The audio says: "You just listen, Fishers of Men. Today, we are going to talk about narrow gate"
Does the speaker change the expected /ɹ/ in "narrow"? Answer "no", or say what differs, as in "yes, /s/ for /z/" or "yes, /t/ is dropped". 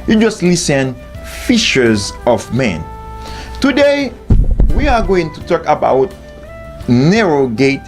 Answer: no